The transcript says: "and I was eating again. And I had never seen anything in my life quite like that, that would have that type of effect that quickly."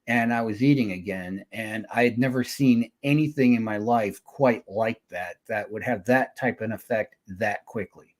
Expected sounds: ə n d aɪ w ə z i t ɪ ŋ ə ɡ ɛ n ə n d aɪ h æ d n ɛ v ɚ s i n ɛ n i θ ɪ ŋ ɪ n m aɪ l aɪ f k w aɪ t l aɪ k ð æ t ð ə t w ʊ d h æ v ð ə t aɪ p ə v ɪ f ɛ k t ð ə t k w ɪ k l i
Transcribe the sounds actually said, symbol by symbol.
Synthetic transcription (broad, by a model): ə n aɪ w ə z i t ɪ ŋ ə ɡ ɛ n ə n aɪ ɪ d n ɛ v ɚ s i n ɛ n i θ ɪ ŋ ɪ n m aɪ l aɪ f k w aɪ t l aɪ k ð æ t ð ə t w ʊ d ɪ v ð ə t aɪ p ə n ɪ f ɛ k t ð ə t k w ɪ k l i